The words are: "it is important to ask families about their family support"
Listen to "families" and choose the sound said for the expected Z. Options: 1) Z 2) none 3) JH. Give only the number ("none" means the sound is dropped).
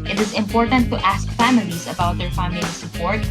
1